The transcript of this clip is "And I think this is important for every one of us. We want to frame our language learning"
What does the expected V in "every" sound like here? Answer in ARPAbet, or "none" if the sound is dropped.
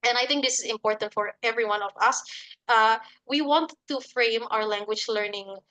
V